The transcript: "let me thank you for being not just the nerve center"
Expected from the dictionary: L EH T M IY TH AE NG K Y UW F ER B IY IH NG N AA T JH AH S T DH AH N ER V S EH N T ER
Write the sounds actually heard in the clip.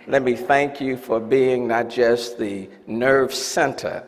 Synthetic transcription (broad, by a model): L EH T M IY TH AE NG K Y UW F ER B IY IH NG N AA T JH AH S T DH AH N ER V S EH N T ER